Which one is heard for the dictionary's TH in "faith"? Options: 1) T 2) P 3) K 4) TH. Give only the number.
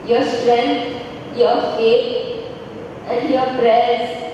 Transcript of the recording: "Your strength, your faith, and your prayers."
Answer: 1